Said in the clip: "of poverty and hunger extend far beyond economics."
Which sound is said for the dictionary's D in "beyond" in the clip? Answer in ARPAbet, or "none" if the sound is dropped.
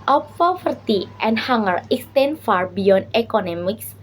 none